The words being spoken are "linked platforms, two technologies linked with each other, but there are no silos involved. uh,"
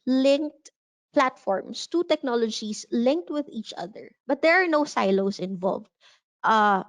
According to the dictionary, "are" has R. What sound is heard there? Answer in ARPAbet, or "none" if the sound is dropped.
R